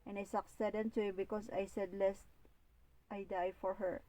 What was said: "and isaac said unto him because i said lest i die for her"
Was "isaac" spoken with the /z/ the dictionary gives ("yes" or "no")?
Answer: no